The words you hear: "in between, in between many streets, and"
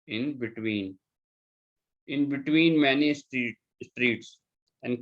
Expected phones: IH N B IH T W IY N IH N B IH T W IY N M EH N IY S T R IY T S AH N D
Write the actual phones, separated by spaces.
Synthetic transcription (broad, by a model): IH N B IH T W IY N IH N B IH T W IY N M EH N IY S T R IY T S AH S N